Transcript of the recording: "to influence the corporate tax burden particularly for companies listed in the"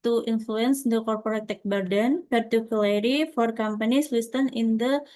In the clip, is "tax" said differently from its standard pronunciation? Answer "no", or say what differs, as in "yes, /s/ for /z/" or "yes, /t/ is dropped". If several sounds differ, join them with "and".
yes, /s/ is dropped